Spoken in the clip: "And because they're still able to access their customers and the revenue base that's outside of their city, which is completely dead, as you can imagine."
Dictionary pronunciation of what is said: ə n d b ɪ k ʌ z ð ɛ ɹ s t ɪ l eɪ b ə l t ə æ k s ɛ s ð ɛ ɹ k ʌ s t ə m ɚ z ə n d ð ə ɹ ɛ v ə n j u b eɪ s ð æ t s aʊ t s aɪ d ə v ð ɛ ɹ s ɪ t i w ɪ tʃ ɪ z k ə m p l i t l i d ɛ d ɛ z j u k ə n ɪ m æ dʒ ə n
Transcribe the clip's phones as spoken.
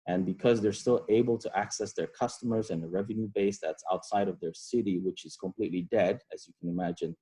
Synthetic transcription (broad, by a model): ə n b ɪ k ʌ z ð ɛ ɹ s t ɪ l eɪ b ə l t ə æ k s ɛ s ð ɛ ɹ k ʌ s t ə m ɚ z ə n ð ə ɹ ɛ v ə n j u b eɪ s ð æ t s aʊ t s aɪ d ə v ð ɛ ɹ s ɪ t i w ɪ tʃ ɪ z k ə m p l i t l i d ɛ d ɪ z j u k ə n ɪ m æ dʒ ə n